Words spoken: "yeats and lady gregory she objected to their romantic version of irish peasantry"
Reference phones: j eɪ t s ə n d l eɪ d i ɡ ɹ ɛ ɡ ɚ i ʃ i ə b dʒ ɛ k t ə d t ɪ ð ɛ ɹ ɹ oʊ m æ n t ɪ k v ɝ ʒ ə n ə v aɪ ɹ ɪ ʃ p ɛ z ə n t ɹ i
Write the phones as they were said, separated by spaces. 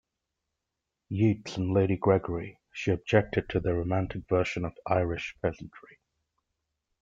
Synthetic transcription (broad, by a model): j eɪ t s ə n l eɪ d i ɡ ɹ ɛ ɡ ɚ i ʃ i ə b dʒ ɛ k t ə d t ɪ ð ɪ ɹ ɹ oʊ m æ n t ɪ k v ɝ ʃ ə n ə v aɪ ɹ ɪ ʃ p ɛ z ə n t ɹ i